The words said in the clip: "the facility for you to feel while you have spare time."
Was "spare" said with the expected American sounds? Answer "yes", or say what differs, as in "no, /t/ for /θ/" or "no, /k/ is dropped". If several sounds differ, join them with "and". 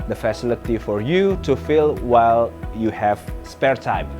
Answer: yes